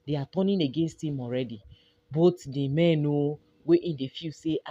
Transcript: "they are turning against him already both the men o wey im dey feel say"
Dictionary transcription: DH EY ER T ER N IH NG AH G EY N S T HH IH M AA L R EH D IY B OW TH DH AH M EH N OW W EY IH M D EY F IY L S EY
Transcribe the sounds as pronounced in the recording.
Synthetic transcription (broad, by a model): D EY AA T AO N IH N AH G EY N S T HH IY M AA L R EH D IY B OW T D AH M EH N OW W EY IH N D EY F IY S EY